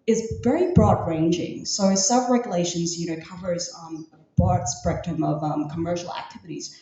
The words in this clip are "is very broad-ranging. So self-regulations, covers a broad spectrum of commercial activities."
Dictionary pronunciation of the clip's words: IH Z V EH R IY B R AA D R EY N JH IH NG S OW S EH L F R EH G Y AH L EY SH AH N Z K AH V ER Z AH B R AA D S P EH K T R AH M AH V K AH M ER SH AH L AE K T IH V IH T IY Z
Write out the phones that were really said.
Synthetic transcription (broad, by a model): IH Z V EH R IY B R AA D R EY N JH IH NG S OW S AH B R EH G Y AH L EY SH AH N Z K AH V ER Z AH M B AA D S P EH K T AH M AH V K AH M ER SH L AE K T IH V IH T IY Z